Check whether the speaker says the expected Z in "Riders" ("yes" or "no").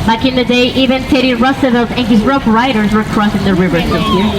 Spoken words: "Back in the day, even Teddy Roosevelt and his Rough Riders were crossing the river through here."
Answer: yes